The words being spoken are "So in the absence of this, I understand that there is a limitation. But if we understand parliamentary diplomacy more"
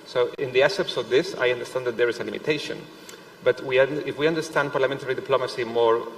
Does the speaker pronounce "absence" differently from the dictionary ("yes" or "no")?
yes